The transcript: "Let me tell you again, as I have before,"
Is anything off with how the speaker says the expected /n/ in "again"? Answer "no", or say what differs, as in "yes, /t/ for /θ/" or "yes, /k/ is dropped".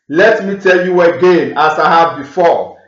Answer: no